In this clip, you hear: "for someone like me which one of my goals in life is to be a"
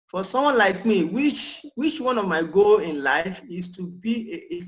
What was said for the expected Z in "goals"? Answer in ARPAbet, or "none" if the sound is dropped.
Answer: none